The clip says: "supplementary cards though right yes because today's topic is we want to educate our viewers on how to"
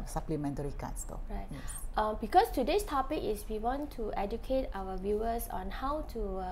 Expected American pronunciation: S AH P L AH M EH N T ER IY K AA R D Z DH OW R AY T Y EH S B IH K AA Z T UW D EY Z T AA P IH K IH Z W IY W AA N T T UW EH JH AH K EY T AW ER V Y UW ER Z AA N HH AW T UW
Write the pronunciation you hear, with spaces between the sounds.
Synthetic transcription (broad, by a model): S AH P L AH M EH N T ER IY K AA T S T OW R AY T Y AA B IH K AA S T UW D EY S T AA P IH K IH S W IY W AA N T T UW EH JH AH K EY T AW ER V Y UW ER S AA N HH AW T UW